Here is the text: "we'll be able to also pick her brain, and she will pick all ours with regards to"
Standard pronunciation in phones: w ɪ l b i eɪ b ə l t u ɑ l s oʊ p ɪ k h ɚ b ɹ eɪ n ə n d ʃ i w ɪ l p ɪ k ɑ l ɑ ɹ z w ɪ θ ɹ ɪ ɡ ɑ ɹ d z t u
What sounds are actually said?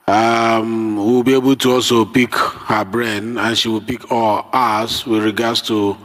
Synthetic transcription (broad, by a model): w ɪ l b i eɪ b ə l t u ɑ l s oʊ p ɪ k h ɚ b ɹ eɪ n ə n ʃ i w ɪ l p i k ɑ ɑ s w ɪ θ ɹ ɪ ɡ ɑ d s t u